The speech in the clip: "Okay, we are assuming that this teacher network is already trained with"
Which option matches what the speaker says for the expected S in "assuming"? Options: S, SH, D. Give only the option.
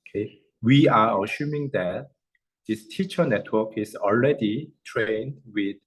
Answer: SH